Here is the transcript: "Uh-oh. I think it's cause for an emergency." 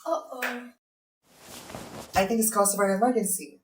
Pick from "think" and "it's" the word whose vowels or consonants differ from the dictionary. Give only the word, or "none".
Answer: none